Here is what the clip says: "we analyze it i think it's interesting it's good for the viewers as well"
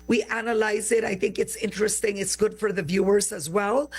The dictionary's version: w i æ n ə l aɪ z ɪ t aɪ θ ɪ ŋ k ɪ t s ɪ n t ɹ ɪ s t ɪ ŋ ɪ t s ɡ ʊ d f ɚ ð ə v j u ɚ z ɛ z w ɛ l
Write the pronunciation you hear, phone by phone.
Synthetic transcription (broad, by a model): w i æ n ə l aɪ z ɪ t aɪ θ ɪ ŋ k ɪ t s ɪ n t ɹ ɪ s t ɪ ŋ ɪ t s ɡ ʊ d f ɚ ð ə v j u ɚ z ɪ z w ɛ l